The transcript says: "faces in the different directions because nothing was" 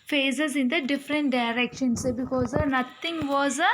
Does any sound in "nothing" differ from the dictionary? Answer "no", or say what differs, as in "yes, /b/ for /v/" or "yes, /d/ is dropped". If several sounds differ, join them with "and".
yes, /t/ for /θ/